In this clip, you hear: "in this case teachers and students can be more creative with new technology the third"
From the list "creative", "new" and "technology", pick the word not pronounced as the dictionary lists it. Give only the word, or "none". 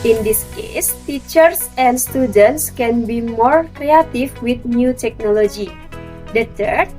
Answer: creative